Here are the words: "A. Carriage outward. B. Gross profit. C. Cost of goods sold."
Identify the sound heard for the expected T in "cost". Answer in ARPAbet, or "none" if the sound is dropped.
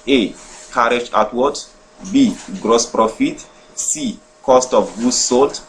T